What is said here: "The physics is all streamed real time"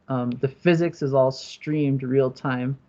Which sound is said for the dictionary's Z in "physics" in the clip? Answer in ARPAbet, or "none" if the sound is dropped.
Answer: Z